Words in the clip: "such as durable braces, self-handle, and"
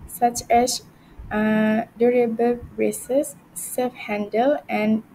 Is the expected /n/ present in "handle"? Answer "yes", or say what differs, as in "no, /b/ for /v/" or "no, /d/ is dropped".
yes